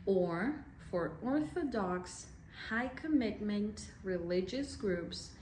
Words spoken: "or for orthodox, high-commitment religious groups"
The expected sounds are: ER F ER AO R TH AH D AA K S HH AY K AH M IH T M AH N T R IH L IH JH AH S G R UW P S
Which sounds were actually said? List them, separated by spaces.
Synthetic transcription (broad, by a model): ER F ER AO R TH AH D AA K S HH AY K AH M IH T M AH N T R IH L IH JH AH S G R UW P S